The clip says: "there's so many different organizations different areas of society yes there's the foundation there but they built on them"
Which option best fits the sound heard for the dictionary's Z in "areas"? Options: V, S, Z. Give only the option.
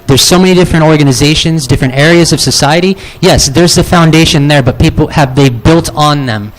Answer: Z